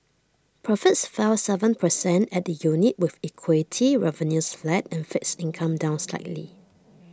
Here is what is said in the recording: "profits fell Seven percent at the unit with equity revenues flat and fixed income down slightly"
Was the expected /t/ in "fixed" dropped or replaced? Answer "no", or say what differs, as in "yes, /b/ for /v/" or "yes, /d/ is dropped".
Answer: yes, /t/ is dropped